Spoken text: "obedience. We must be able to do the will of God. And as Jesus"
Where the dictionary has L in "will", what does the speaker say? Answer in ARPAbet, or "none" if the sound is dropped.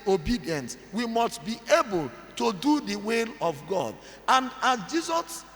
L